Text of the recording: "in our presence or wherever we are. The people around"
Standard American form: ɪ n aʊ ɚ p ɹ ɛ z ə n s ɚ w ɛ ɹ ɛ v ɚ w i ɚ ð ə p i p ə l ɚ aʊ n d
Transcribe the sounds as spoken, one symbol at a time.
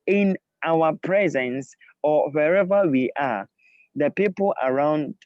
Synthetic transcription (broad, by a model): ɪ n aʊ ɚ p ɹ ɛ z ə n s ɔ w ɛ ɹ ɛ v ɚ w i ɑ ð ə p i p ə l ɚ aʊ n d